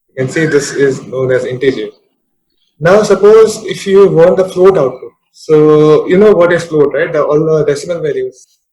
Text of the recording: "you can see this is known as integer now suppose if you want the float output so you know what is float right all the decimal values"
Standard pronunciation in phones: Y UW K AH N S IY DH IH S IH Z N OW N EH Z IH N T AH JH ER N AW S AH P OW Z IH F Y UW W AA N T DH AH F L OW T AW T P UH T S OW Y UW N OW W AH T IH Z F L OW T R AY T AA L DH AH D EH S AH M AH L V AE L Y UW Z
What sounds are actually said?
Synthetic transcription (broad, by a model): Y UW K AH N S IY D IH S IH Z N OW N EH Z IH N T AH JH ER N AW S AH P OW Z IH F Y UW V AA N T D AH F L OW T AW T UH S OW Y UW N OW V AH T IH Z F L OW T R AY T AA L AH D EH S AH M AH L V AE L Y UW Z